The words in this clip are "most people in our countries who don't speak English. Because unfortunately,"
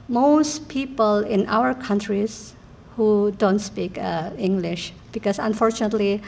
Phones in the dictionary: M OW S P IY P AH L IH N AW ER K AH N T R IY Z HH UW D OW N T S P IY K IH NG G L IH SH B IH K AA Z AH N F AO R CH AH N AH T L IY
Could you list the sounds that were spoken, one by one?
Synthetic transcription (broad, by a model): M OW S P IY P AH L IH N AW ER K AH N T R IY S HH UW D OW N T S P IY K IH NG G L IH SH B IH K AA S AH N F AO R CH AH N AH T L IY